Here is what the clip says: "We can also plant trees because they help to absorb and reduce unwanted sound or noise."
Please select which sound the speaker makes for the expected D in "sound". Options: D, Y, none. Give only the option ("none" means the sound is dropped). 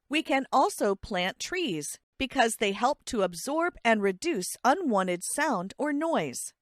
D